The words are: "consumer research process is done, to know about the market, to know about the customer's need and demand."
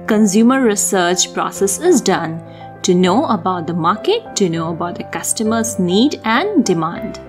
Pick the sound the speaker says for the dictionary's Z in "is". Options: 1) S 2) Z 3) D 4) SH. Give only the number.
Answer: 2